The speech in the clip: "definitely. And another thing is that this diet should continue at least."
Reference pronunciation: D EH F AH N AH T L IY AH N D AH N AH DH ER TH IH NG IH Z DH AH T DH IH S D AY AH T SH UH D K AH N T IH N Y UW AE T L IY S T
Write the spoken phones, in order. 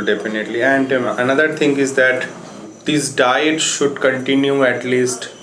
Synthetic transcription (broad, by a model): D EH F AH N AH T L IY AH N D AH N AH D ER T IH NG IH Z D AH T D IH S D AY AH T SH UH D K AH N T IH N Y UW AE T L IY S T